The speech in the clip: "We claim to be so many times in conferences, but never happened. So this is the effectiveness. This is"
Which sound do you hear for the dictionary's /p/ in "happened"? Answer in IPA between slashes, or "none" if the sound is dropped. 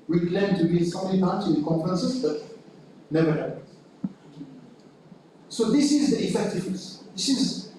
none